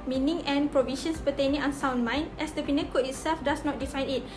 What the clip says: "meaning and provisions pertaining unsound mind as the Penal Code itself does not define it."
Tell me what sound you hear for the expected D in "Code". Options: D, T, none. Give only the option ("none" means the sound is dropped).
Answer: none